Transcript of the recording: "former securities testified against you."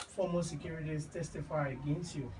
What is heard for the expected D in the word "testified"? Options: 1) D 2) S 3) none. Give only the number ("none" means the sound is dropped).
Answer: 3